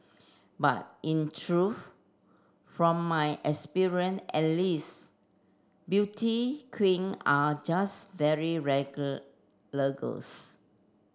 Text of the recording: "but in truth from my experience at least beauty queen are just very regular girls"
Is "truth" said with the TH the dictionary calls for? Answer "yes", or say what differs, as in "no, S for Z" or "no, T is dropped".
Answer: no, F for TH